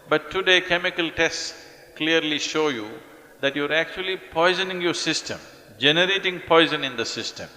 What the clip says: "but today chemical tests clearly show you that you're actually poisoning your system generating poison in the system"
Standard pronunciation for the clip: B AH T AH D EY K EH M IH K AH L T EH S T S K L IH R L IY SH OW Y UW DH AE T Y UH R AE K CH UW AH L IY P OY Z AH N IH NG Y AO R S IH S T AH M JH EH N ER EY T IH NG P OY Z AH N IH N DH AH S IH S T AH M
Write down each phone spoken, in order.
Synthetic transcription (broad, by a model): B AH T AH D EY K EH M IH K AH L T EH S T S K L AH R L IY SH OW Y UW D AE T Y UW R AE K CH UW AH L IY P OY Z AH N IH NG Y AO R S IH S T AH M JH EH N ER EY T IH NG P OY Z AH N IH N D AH S IH S T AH M